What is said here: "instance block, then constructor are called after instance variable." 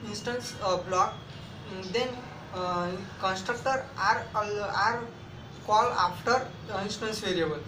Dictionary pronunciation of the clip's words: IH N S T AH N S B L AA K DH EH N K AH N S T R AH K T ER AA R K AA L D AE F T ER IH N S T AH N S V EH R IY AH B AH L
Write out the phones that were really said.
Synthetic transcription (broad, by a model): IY N S T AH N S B L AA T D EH N K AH N S T R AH K T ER AA R K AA L AA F T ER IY N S T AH N S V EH R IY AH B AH L